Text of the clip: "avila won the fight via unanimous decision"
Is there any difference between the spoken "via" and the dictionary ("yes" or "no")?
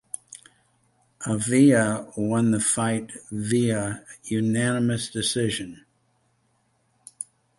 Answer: no